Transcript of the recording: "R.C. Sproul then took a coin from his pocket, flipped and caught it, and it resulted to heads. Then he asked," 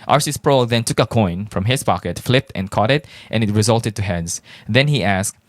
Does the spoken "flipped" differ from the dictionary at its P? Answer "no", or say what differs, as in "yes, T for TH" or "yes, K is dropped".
no